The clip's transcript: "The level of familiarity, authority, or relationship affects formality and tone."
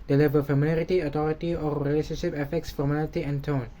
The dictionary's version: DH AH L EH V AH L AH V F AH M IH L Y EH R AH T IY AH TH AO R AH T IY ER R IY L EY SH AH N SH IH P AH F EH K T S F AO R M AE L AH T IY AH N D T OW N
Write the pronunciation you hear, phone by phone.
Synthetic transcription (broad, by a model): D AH L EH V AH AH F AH M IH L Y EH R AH T IY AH T AO R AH T IY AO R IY L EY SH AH N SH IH P AH F EH K T S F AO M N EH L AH T IY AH N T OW N